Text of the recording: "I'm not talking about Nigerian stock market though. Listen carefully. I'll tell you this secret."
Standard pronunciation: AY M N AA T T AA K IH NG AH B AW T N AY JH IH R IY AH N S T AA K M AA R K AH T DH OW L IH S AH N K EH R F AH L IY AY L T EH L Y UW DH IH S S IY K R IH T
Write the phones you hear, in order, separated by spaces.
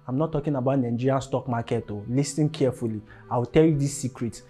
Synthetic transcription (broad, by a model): AY M N AA T T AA K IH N AH B AW T N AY JH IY R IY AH N S T AA K M AA K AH T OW L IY S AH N K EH F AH L IY AY W T EH L Y UW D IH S S IY K R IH T